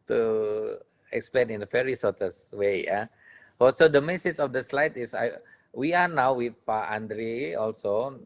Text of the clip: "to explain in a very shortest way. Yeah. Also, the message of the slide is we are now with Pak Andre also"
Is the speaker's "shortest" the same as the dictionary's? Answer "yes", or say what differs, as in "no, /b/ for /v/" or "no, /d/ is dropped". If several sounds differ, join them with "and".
no, /s/ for /ʃ/